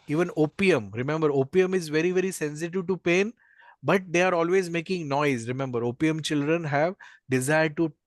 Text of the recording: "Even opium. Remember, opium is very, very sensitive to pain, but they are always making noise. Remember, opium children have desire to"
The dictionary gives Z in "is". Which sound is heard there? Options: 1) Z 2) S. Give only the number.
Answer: 1